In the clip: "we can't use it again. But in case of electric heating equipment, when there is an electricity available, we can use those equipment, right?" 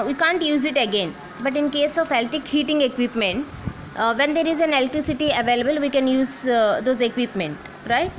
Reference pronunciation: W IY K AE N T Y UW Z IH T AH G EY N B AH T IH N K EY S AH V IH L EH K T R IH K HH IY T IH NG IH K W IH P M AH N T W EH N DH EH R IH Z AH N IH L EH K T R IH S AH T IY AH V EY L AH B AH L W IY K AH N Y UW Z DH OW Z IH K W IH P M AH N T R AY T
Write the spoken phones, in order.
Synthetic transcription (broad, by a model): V IY K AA N T Y UW Z IH T AH G EY N B AH T IH N K EY S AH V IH L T IH K HH IY T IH NG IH K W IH P M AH N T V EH N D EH R IH Z AH N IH L T R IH S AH T IY AH V EY L AH B AH L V IY K AH N Y UW Z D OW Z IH K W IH P M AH N T R AY T